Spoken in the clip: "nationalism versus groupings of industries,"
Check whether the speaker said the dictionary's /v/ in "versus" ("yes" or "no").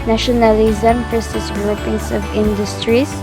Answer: no